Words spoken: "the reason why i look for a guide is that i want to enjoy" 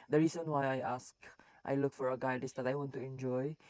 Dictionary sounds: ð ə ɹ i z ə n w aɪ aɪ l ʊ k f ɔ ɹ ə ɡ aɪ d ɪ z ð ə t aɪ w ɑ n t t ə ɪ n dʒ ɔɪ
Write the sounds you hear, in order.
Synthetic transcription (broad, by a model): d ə ɹ i s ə n w aɪ aɪ l ʊ k f ɔ ɹ ə ɡ aɪ d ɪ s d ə t aɪ w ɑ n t t ə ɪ n dʒ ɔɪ